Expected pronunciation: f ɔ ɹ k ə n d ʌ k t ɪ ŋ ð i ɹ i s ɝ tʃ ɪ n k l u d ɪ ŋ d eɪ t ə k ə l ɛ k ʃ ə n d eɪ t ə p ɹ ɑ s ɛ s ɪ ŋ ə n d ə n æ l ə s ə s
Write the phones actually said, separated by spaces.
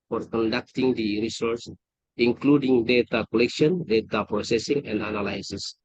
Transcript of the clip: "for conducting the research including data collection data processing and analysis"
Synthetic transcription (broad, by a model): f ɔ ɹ k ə n d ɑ k t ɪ ŋ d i ɹ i s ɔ s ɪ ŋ k l u d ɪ ŋ d eɪ t ə k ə l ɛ k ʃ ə n d eɪ t ə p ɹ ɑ s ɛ s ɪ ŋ ə n d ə n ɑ l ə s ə s